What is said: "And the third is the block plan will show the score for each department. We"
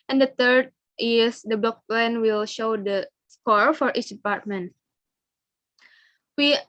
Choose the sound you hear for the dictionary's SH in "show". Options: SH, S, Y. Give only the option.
SH